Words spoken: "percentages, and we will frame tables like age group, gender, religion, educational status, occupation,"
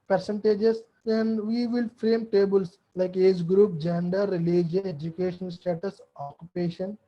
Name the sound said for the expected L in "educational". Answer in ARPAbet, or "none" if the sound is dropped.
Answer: N